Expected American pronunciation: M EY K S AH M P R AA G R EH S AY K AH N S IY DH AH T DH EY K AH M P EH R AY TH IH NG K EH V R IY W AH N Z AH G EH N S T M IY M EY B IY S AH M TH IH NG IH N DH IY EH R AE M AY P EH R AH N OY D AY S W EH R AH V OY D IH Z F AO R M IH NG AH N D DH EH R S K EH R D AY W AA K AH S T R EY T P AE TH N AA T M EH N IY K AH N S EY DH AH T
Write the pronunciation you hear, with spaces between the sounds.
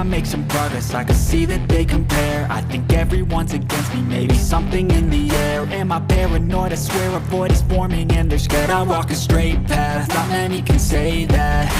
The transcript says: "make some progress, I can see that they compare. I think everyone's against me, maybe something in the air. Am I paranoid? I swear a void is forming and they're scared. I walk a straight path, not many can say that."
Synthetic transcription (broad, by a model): M EY K S AH M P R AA G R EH S AY K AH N S IY DH AH T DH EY K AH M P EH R AY TH IH NG K EH V R IY W AH N Z AH G EH N S T M IY M EY B IY S AH M TH IH NG IH N DH IY EH R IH M AY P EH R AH N OY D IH S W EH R AH B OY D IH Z F AO R M IH NG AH N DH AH R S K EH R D AY W AA K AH S T R EY T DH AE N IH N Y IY K AH N S EY DH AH T